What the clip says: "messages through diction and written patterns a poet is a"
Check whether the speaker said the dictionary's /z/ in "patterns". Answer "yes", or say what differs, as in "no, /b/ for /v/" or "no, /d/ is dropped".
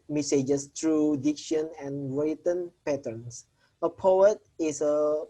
no, /s/ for /z/